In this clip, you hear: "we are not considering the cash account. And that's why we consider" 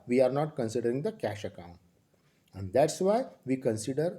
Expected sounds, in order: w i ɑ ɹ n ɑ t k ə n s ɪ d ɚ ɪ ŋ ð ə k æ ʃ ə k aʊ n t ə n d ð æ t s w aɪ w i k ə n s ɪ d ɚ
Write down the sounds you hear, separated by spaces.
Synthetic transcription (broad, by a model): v i ɑ ɹ n ɑ t k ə n s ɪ d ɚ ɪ ŋ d ə k æ ʃ ə k aʊ n t ə n d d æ t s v aɪ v i k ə n s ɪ d ɚ